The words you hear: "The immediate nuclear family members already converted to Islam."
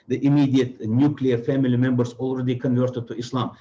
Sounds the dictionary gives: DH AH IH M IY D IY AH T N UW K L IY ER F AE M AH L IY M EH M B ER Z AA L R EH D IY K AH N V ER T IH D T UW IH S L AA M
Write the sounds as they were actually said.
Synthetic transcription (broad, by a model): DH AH IH M IY D IY AH T N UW K L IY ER F AE M AH L IY M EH M B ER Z AA L R EH D IY K AH N V ER T IH D T UW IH S L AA M